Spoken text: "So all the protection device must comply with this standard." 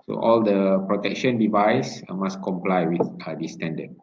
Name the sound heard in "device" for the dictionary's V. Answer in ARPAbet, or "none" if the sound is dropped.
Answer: V